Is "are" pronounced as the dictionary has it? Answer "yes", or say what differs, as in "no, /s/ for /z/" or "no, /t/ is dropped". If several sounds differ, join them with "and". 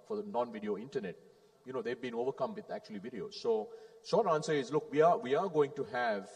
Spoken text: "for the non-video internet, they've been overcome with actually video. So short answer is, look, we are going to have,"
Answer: no, /w/ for /ɹ/